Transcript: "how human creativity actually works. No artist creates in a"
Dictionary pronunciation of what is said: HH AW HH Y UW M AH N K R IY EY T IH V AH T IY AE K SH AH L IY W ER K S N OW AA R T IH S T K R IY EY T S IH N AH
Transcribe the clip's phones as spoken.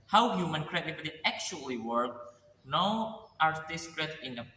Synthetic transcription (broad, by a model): HH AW HH Y UW M AH N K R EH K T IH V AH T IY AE K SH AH L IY W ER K N OW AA R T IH S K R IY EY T IH N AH